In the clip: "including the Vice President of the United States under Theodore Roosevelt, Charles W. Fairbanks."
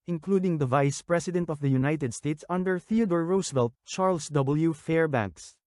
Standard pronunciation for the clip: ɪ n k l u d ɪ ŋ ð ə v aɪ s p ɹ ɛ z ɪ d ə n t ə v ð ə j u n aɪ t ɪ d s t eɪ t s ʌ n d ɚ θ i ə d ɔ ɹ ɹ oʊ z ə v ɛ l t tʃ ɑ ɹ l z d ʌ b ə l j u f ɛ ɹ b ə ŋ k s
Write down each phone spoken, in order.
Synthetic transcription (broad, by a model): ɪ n k l u d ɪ ŋ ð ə v aɪ s p ɹ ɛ s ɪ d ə n t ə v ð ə j u n aɪ t ɪ d s t eɪ t s ʌ n d ɚ θ i ə d ɔ ɹ ɹ oʊ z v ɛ l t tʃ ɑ ɹ l s d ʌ b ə l j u f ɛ ɹ b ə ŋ k s